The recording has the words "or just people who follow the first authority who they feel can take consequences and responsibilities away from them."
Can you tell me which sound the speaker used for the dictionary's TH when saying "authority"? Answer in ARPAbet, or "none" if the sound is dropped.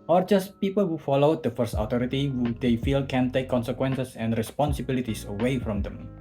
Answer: T